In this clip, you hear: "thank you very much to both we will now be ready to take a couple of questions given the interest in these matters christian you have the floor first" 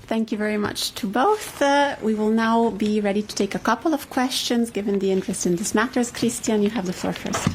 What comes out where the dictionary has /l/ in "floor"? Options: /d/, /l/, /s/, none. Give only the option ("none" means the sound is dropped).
none